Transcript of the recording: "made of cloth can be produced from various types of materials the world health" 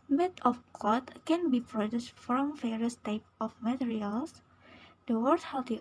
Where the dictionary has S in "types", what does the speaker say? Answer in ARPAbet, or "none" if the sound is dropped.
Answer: none